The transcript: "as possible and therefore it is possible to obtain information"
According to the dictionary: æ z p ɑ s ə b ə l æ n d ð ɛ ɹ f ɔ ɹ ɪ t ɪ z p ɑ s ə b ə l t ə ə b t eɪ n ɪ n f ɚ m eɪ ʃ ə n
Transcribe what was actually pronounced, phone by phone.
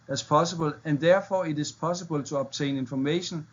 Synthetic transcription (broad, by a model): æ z p ɑ s ə b ə l æ n d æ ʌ f ɔ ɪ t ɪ s p ɑ s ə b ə l s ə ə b s eɪ n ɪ n f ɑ m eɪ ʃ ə n